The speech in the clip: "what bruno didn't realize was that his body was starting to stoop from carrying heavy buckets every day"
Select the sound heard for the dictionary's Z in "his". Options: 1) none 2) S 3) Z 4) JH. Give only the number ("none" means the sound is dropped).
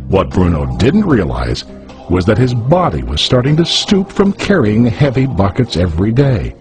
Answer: 3